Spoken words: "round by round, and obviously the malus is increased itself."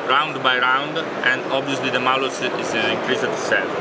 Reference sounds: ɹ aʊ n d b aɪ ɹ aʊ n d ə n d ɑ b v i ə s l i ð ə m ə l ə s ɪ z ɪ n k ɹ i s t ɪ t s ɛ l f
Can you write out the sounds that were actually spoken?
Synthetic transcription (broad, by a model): ɹ aʊ n d b aɪ ɹ aʊ n d ə n d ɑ b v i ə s l i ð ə m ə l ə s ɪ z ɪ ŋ k ɹ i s ɪ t s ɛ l